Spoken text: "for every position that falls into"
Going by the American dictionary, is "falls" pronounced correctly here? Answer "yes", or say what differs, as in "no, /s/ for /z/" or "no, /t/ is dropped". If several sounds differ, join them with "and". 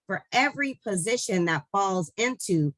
yes